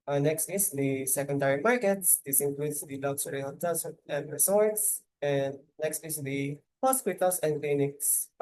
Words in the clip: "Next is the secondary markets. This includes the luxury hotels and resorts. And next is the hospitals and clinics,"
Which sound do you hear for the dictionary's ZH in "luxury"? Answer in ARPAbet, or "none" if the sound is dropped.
S